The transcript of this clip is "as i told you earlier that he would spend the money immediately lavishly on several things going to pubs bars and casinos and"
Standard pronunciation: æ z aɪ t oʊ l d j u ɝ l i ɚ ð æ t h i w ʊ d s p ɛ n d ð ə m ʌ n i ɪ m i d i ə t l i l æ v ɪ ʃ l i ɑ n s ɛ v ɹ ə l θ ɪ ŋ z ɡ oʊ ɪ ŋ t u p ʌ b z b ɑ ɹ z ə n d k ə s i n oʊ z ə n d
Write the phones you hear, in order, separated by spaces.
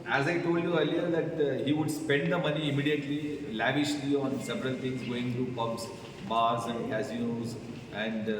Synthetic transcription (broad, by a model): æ z aɪ t oʊ l d j u ɝ l i ɚ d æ t h i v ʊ d s p ɛ n d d ə m ʌ n i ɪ m i d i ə t l i l æ v ɪ ʃ l i ɑ n s ɛ v ɹ ə l t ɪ ŋ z ɡ oʊ ɪ ŋ t u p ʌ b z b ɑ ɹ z ə n d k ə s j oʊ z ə n d